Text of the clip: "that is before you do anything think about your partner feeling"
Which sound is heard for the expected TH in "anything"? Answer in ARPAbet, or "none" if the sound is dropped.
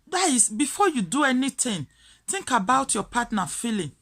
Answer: T